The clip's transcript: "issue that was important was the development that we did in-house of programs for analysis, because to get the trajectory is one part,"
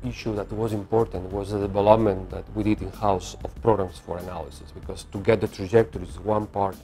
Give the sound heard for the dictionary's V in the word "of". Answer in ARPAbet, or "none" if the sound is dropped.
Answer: F